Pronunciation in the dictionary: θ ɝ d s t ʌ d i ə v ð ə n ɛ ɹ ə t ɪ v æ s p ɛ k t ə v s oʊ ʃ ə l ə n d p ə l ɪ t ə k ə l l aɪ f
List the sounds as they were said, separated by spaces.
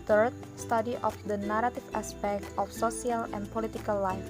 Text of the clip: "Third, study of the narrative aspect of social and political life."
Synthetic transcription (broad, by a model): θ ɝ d s t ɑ d i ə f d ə n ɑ ɹ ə t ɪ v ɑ s p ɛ k t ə f s oʊ s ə l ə n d p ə l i t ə k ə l l aɪ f